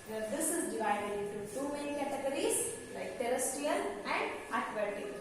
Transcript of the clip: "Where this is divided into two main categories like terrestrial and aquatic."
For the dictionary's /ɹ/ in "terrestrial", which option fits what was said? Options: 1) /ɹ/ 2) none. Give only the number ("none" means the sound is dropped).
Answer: 2